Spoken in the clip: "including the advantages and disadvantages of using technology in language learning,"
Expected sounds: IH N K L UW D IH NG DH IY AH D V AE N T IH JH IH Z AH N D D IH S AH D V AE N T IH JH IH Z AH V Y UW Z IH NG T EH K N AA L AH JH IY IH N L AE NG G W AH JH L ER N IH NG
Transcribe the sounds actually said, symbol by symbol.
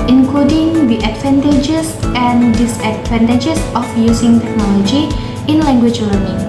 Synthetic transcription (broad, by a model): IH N K L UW D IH NG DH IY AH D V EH N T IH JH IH S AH N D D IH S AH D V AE N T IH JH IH S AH F Y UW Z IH NG T EH K N AA L AH JH IY IH N L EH NG G W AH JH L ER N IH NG